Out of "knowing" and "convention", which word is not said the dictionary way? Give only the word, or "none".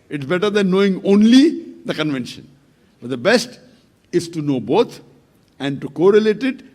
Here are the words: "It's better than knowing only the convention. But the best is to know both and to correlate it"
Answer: none